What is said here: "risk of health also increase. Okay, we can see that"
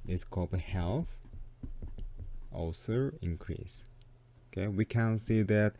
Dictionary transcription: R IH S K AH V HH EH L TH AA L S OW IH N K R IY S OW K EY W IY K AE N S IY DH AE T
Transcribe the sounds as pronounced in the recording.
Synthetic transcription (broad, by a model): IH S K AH B HH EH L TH AA L S OW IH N K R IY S OW K EY W IY K AE N S IY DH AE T